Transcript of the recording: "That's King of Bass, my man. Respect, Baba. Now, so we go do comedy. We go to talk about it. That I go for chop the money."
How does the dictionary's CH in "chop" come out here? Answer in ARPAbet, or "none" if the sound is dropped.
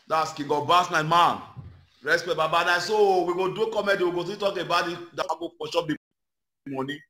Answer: SH